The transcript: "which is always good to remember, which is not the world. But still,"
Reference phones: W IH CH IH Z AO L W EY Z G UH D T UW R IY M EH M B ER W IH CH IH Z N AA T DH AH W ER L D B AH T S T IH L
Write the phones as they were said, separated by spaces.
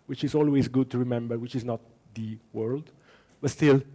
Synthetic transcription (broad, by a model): W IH CH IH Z AO L W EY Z G UH D T UW R IY M EH M B ER W IH CH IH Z N AA T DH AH W ER L D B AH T S T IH L